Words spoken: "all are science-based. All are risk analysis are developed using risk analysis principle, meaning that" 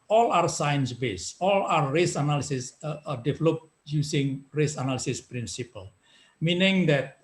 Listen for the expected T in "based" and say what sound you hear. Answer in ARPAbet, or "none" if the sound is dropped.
none